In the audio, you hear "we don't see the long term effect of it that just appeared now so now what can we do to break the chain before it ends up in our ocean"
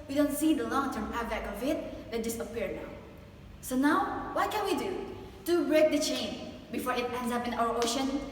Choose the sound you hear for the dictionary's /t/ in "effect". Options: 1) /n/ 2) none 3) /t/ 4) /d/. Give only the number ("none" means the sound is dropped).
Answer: 2